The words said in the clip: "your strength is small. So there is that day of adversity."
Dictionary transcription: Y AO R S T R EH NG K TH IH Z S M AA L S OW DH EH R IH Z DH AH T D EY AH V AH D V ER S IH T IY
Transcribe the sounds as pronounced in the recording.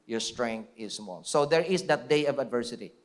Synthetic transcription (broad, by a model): Y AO R S T R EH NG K T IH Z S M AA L S OW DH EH R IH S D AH T D EY AH V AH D V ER S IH T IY